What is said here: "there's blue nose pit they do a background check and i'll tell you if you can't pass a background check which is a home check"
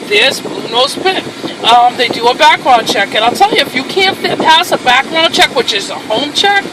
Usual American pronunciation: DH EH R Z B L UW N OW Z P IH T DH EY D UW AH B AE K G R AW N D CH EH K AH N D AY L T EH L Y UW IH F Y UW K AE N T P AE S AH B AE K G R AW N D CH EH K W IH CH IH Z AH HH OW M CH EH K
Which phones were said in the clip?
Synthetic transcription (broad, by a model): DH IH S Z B UW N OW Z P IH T DH EY D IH AH B AE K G R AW N CH EH K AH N AY L T EH L Y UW IH F Y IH K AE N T P AE S AH B AE K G R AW N CH EH K W IH CH IH Z AH HH OW M CH EH K